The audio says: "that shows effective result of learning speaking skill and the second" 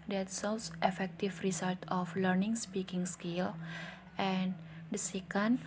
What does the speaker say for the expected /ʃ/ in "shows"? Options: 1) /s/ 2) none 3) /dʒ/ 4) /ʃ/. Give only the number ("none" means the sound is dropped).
1